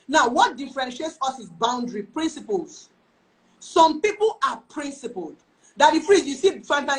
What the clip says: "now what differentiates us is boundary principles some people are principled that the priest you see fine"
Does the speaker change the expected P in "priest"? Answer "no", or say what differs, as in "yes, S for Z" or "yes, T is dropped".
yes, F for P